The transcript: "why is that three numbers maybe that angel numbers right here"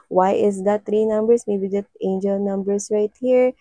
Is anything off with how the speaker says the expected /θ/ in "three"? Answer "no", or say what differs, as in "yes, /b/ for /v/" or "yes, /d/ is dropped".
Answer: yes, /t/ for /θ/